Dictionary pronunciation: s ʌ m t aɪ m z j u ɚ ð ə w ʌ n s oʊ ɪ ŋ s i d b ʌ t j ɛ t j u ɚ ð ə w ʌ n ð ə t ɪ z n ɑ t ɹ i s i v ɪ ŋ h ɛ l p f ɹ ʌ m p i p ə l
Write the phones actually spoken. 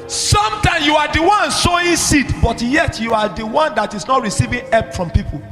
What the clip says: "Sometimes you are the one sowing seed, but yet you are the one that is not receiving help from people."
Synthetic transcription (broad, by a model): s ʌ m t aɪ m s j u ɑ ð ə w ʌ n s oʊ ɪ s i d b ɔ t j ɛ t j u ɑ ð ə w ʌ n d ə t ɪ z n ɑ t ɹ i s i v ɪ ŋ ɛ p f ɹ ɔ m p i p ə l